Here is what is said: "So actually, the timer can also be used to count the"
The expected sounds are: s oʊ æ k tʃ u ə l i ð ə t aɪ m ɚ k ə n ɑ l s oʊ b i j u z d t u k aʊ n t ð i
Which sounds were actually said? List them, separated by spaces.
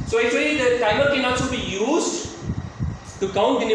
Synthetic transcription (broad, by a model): s oʊ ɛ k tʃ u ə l i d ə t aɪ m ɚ k ə n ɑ s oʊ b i j u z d t u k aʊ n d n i